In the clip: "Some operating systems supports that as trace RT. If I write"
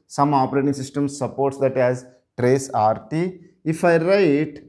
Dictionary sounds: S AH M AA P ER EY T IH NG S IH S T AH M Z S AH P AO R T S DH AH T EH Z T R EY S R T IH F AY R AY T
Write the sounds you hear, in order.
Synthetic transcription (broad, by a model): S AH M AA P ER EY T IH NG S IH S T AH M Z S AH P AO R T S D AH T EH Z T R EY S R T IH F AY R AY T